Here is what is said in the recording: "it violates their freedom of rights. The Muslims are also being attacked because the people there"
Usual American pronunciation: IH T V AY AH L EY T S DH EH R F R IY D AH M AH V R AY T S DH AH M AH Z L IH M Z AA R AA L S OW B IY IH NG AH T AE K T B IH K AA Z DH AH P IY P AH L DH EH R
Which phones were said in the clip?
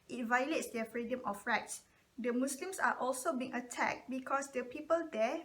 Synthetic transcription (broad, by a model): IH T V AY AH L EY T S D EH F R IY D AH M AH F R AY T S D AH M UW S L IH M S AA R AA L S OW B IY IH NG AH T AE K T B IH K AA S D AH P IY P AH L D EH